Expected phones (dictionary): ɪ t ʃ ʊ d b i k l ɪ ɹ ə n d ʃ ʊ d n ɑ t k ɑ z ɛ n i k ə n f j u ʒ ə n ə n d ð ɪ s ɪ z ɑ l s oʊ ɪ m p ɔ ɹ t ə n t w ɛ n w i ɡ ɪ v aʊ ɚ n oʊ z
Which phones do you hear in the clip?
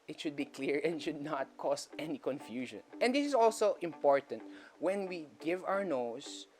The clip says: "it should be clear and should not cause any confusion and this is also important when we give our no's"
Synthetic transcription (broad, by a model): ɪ t ʃ ʊ d b i k l ɪ ɹ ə n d ʃ ʊ d n ɑ t k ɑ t ɛ n i k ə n f j u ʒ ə n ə n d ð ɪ s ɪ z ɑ l s oʊ ɪ m p ɔ ɹ t ə n t w ɛ n w i ɡ ɪ v aʊ ɚ n oʊ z